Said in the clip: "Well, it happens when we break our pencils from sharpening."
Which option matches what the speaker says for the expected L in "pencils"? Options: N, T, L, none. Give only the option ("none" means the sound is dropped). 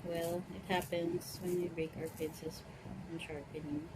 none